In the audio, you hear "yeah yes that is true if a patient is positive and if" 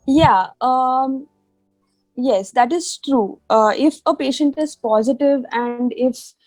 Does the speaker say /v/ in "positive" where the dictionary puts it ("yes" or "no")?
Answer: yes